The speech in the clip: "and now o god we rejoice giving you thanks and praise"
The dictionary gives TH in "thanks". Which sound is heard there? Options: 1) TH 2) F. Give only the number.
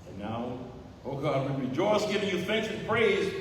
1